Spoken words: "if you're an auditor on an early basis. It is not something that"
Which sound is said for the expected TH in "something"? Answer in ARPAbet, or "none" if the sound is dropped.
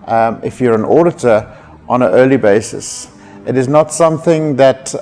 TH